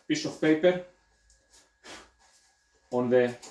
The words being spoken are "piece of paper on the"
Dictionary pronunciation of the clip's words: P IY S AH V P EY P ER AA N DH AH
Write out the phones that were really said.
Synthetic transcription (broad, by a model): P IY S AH F P EY P ER AA N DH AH